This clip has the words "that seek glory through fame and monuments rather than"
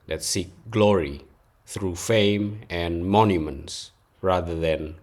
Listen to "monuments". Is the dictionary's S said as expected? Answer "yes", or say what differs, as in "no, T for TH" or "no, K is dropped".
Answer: yes